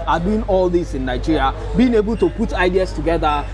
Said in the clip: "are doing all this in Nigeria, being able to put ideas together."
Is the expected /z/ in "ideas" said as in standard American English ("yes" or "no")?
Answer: no